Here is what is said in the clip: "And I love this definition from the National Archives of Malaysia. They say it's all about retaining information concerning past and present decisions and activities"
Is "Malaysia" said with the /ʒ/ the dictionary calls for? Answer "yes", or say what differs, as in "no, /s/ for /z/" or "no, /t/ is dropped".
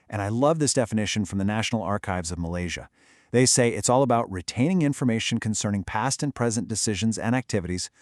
yes